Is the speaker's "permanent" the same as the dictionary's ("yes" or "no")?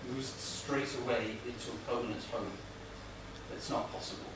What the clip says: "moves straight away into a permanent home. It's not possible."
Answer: no